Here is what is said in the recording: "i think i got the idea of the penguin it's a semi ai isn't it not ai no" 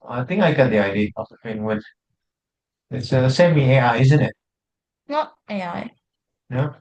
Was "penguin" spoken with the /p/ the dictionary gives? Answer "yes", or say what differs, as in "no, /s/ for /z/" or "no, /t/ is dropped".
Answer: no, /f/ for /p/